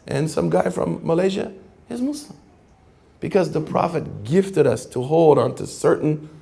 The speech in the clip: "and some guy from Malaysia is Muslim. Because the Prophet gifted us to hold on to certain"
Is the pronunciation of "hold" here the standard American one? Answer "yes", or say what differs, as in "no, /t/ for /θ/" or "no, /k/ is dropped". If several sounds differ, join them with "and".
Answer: yes